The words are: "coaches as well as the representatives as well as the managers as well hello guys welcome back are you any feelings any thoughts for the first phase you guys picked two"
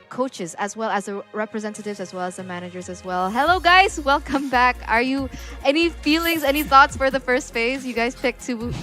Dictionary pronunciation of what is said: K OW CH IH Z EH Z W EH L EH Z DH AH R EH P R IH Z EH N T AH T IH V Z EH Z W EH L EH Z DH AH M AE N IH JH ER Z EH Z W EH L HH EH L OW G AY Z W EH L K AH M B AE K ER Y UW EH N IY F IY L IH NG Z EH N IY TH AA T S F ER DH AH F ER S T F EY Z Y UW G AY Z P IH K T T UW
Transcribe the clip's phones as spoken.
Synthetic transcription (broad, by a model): K OW CH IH Z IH Z W EH L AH Z DH AH R EH P R IH Z EH N T AH T IH V Z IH Z W EH L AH Z DH AH M AE N IH JH ER Z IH Z W EH L HH EH L OW G AY Z W EH L K AH M B AE K ER Y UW EH N IY F IY L IH NG Z EH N IY TH AA T S F ER DH AH F ER S T F EY Z Y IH G AY Z P IH K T T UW